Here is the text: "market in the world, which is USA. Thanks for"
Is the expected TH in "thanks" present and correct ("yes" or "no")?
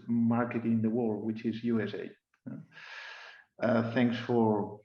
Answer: yes